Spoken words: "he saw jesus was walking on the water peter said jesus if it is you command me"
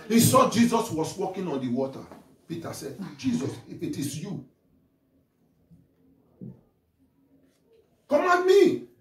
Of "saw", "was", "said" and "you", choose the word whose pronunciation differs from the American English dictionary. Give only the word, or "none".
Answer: was